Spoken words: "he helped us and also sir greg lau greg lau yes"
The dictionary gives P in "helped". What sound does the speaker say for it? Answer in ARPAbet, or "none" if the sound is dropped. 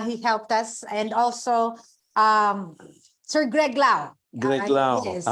P